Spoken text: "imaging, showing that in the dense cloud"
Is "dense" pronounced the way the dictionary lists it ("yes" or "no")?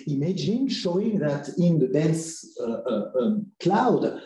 no